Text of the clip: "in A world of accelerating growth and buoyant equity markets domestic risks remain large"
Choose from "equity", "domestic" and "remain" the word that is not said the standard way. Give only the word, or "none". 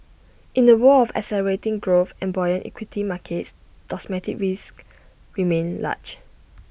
domestic